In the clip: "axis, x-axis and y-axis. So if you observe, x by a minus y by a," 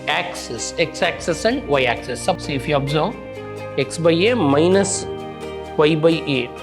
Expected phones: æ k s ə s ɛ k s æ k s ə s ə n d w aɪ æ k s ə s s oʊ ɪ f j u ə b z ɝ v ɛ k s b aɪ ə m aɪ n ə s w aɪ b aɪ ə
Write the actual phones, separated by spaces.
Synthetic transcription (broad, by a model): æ k s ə s ɛ k s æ k s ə s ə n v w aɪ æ k s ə s s ɪ f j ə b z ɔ ɛ k s b aɪ ə m aɪ n ə s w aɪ b aɪ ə